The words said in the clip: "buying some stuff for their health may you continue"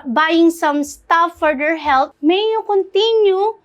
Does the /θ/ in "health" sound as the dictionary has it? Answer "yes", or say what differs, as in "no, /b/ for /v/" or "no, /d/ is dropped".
no, /t/ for /θ/